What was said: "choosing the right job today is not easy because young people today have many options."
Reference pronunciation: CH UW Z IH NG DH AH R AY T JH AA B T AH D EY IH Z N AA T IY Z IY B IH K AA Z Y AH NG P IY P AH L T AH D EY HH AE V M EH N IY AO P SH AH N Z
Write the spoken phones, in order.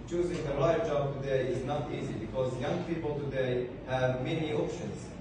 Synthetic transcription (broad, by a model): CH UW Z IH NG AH L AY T JH AA B T AH D EY IH Z N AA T IY Z IY B IH K AA Z Y AH NG P IY P AH L T AH D EY HH AE V M EH N IY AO P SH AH N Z